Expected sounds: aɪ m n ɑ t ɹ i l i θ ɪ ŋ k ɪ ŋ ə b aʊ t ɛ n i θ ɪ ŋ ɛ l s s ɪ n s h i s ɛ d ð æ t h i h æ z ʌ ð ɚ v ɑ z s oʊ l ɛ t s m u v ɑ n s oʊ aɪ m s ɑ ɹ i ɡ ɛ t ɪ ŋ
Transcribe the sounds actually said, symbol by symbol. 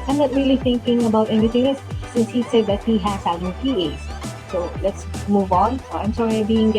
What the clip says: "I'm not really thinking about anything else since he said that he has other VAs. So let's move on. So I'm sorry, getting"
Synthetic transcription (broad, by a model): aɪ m n ɑ t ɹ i l i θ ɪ ŋ k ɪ ŋ ə b aʊ t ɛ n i t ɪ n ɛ s s ɪ n s h i s ɛ d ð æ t h i h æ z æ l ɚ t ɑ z s oʊ l ɛ t s m u v ɑ n s oʊ aɪ m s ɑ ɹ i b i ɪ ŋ